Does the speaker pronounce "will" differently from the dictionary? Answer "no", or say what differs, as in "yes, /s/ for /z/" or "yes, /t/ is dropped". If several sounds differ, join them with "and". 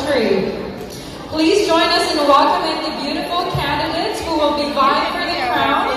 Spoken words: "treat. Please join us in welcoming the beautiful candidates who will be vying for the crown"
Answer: yes, /n/ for /l/